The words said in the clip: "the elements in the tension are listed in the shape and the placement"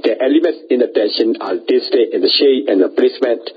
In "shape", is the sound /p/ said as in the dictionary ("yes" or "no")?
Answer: no